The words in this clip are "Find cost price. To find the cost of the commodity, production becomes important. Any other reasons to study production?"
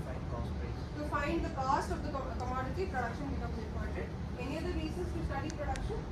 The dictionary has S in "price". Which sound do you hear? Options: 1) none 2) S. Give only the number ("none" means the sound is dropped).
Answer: 1